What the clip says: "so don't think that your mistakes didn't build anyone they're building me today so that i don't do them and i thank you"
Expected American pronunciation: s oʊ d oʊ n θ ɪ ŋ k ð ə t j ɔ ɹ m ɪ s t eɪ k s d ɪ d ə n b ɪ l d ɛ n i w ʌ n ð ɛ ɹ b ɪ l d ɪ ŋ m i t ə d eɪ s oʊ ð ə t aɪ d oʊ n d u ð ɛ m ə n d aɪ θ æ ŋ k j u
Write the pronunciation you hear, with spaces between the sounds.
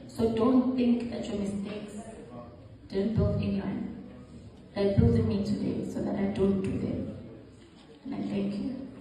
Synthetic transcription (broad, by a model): s oʊ d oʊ n θ ɪ ŋ k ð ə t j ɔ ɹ m ɪ s t eɪ k s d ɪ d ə n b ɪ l ɛ n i w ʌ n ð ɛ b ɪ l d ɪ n m i t ə d eɪ s oʊ ð ə t aɪ d oʊ n d u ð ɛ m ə n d aɪ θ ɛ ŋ k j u